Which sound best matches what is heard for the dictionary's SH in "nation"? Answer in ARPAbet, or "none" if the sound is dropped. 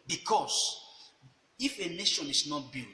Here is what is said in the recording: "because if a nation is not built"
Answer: SH